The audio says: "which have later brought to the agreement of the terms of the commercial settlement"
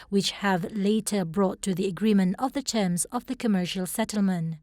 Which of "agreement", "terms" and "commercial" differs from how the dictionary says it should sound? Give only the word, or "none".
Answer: none